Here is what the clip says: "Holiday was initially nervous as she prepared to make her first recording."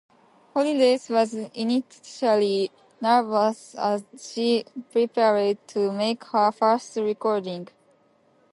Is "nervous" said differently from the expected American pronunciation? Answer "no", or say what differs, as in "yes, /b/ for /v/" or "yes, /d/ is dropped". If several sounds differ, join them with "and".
no